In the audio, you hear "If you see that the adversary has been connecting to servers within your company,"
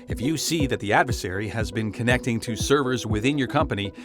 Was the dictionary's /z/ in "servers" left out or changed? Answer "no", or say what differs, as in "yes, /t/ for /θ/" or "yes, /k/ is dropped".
no